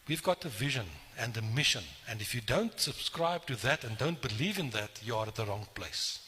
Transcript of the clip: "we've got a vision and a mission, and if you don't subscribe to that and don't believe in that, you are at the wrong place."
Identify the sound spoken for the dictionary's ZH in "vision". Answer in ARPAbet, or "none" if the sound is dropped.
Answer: ZH